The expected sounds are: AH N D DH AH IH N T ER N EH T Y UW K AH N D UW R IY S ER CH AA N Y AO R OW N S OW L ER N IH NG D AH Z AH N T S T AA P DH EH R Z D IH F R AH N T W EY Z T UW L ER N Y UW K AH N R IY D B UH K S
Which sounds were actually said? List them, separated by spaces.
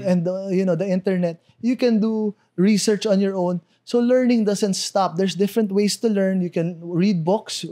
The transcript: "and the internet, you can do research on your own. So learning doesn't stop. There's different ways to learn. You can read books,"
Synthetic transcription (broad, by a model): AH N D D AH IH N T ER N EH T Y UW K AH N D UW R IY S ER CH AA N Y AO R OW N S OW L ER N IH NG D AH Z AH N T S T AA P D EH R S D IH F R AH N T W EY S T UW L ER N Y UW K AH N R IY D B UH K S